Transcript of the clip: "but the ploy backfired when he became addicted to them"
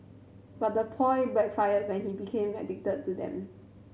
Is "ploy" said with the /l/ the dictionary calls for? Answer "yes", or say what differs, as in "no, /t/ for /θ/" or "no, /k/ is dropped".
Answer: no, /l/ is dropped